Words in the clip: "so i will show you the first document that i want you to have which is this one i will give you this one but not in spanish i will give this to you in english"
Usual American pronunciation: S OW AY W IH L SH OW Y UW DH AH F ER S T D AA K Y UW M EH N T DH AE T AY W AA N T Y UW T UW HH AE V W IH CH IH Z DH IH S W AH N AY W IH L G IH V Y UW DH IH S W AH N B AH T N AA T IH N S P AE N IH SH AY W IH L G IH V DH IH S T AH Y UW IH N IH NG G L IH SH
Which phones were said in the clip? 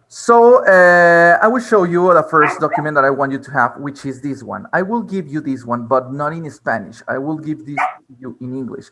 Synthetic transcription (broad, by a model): S OW AY W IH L SH OW Y UW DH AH F ER S T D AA K Y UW M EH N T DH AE T AY W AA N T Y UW T UW HH AE V W IH CH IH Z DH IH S W AH N AY W IH L G IH V Y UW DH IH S W AH N B AH T N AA T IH N S P AE N IH SH AY W IH L G IH V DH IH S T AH Y UW IH N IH NG G L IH SH